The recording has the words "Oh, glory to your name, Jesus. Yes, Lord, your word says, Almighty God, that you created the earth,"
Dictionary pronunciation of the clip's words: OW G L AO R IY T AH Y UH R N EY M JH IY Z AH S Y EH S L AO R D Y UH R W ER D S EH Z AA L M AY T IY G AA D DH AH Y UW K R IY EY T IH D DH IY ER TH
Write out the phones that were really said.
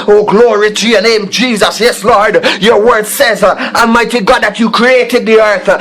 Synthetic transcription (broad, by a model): OW G L AO R IY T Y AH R N EY M JH IY Z AH S Y EH S L AO R D Y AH R W ER D S EH Z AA M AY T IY G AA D DH AH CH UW K R IY EY T IH D DH IY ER TH